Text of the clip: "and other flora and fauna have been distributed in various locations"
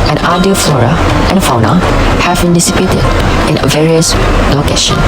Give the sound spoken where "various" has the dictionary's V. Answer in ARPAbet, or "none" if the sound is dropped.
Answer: V